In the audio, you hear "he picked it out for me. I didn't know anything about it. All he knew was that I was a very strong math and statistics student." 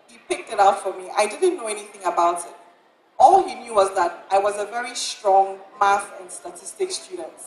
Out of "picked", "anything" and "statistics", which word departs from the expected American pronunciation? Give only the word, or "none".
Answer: none